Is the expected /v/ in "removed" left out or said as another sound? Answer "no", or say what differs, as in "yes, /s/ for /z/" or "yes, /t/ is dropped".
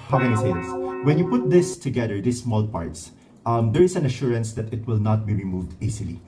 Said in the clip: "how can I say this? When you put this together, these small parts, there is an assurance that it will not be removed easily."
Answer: no